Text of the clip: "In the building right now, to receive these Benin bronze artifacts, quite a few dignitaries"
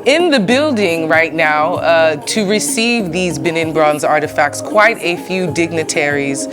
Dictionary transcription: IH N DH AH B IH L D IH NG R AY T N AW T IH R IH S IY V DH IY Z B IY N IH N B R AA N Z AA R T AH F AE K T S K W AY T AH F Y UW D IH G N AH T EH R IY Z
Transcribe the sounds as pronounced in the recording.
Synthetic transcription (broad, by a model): IH N DH AH B IH L D IH NG R AY T N AW T IH R IH S IY V DH IY Z B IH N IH N B R AA N Z AA R T AH F AE K T S K W AY T AH F Y UW D IH G N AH T EH R IY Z